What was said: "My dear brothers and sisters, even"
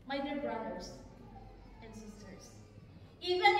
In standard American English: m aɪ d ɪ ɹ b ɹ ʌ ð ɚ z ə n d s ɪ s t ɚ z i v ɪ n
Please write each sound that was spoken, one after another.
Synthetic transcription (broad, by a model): m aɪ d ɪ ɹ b ɹ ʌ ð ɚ s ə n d s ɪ s t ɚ s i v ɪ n